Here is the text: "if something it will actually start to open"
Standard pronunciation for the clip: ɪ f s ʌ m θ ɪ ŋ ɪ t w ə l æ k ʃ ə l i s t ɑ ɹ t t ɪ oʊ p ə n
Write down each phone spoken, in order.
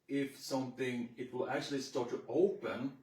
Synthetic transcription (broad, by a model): ɪ f s ʌ m θ ɪ ŋ ɪ t w ə l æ k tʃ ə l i s t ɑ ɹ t t ɪ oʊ p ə n